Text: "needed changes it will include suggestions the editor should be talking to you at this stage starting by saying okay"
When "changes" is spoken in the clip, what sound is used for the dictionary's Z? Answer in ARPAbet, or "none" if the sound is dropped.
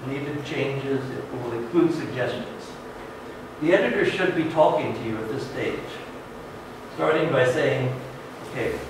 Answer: Z